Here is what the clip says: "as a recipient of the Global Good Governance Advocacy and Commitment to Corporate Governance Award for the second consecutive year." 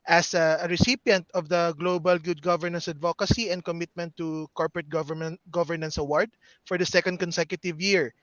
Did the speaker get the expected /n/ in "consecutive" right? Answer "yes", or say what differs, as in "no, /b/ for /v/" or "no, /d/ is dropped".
yes